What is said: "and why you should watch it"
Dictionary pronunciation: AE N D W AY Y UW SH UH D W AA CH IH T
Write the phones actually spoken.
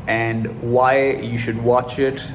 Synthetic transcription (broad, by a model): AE N D W AY Y UW SH UH D W AA CH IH T